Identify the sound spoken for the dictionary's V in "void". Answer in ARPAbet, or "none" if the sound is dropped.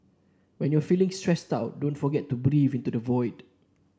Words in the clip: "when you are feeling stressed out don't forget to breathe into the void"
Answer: V